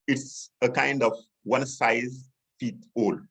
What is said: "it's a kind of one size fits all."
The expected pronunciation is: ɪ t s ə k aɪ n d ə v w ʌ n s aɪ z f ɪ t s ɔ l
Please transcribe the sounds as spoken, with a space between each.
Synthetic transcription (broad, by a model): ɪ t s ə k aɪ n d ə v w ʌ n s aɪ z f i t ɔ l